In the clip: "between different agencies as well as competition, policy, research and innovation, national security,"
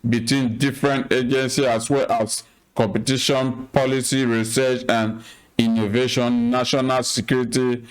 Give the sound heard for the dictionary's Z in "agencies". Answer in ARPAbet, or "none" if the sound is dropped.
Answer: none